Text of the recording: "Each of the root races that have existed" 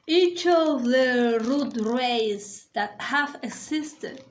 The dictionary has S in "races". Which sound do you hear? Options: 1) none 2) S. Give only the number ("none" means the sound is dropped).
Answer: 1